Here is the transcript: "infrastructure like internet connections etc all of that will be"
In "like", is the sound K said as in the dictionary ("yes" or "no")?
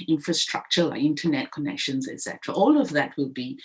no